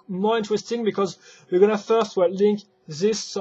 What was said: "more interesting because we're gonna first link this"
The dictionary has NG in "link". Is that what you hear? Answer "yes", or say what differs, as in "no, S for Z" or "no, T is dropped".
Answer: yes